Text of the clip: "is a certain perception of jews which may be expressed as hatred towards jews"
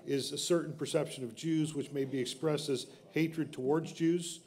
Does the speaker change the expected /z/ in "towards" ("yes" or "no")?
no